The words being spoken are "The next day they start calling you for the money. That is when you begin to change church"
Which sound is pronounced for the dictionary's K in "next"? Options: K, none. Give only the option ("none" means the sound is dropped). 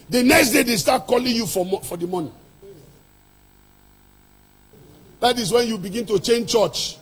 K